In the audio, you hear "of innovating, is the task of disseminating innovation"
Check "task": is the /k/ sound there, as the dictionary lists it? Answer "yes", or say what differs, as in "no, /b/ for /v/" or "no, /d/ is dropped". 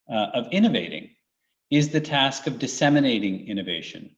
yes